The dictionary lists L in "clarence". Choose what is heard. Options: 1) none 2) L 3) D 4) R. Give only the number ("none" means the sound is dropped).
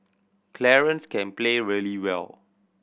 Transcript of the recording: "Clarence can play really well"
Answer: 2